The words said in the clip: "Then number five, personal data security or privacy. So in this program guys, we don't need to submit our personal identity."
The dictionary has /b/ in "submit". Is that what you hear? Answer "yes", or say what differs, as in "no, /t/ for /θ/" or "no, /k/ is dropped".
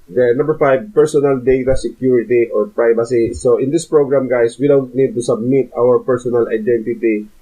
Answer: yes